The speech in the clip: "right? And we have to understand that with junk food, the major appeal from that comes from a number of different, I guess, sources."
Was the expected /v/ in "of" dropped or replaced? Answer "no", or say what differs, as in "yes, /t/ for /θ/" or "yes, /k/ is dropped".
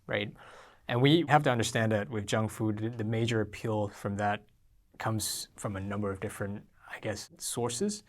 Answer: no